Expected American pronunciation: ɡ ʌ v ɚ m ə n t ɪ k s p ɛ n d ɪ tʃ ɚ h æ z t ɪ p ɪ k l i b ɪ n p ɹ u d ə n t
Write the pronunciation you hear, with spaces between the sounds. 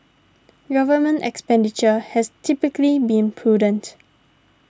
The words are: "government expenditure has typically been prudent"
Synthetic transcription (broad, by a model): ɡ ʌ v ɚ m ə n t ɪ k s p ɛ n d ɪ tʃ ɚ h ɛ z t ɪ p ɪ k l i b ɪ n p ɹ u d ə n t